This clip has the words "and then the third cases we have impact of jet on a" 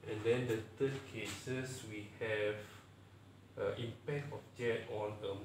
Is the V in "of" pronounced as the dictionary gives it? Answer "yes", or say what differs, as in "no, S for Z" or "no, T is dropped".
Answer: no, F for V